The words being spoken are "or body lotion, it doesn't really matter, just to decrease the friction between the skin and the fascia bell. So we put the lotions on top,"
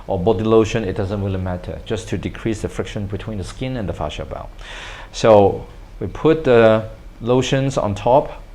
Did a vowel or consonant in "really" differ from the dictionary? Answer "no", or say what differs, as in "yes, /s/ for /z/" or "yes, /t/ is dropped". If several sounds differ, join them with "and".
yes, /w/ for /ɹ/